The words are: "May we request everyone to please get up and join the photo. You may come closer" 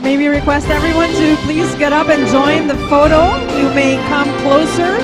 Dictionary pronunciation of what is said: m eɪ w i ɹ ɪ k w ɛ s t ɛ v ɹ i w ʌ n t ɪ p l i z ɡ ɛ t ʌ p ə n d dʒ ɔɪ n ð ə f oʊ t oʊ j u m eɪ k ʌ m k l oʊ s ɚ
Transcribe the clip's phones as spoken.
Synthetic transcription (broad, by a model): m eɪ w i ɹ ɪ k w ɛ s t ɛ v ɹ i w ʌ n t ɪ p l i z ɡ ɛ t ʌ p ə n dʒ ɔɪ n ð ə f oʊ t oʊ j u m eɪ k ʌ m k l oʊ s ɚ